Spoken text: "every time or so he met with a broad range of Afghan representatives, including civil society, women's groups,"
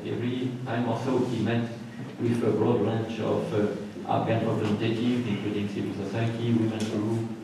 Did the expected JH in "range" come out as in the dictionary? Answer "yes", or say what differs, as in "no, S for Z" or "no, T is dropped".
no, CH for JH